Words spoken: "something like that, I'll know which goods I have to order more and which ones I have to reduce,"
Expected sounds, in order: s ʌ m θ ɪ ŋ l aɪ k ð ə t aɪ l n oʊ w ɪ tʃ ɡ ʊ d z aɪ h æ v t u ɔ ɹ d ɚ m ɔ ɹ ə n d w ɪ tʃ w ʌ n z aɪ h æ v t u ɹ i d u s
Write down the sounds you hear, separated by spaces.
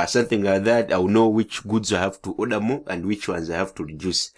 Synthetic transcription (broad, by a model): s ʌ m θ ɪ ŋ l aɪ ð ə t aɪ w n oʊ w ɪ tʃ ɡ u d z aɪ h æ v t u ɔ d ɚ m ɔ ə n d w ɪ tʃ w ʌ n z aɪ h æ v t u ɹ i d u s